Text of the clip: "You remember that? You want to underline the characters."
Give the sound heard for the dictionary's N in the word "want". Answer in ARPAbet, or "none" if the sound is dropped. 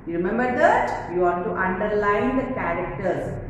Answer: none